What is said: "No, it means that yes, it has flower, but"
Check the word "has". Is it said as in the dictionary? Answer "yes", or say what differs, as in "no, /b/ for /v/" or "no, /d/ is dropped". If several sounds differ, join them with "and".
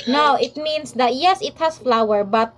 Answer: no, /s/ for /z/